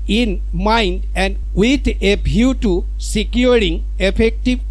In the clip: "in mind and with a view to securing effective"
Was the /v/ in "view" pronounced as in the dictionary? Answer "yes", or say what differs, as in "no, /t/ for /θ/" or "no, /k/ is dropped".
no, /b/ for /v/